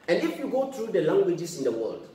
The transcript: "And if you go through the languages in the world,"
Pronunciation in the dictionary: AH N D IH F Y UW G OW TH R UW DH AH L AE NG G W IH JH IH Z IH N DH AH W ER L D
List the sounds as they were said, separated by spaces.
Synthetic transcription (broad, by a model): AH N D IH F Y UW G OW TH R UW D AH L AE NG G W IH JH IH S IH N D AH W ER L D